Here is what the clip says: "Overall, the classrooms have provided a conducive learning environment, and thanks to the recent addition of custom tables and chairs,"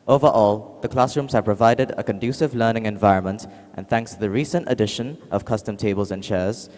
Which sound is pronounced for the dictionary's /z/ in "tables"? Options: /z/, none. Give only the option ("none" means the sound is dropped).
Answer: /z/